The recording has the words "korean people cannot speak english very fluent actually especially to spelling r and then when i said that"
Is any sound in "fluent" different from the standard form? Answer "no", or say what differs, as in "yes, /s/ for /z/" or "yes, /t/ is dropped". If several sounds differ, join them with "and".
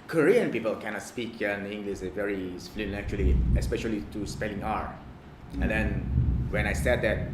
yes, /t/ is dropped